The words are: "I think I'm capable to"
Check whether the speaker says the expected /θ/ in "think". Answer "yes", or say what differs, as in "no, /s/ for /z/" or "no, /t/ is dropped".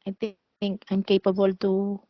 no, /t/ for /θ/